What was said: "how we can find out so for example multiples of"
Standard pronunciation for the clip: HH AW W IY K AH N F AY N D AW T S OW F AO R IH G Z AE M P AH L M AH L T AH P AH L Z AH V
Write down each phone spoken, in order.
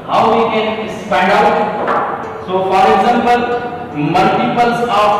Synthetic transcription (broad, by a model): HH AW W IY K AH N P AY N D AW T S OW F AO R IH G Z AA M P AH L M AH L T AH P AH L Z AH